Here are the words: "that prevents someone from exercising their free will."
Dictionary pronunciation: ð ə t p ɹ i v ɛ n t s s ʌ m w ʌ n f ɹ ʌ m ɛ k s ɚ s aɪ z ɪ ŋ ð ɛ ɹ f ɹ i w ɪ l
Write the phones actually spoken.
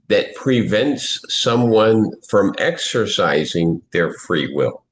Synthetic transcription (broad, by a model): ð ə t p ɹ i v ɛ n t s s ʌ m w ʌ n f ɹ ʌ m ɛ k s ɚ s aɪ z ɪ ŋ ð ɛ ɹ f ɹ i w ɪ l